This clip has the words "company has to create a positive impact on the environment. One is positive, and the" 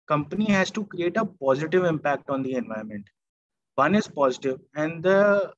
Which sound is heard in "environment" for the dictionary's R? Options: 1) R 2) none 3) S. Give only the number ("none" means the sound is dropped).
2